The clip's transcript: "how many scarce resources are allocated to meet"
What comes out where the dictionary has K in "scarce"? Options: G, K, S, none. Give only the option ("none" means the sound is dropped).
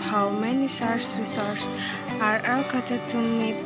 none